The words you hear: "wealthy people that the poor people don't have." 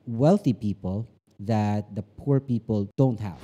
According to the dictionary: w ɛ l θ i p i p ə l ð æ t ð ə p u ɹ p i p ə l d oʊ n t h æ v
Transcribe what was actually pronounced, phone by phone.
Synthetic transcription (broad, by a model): w ɛ l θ i p i p ə l ð æ t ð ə p u ɹ p i p ə l d oʊ n t h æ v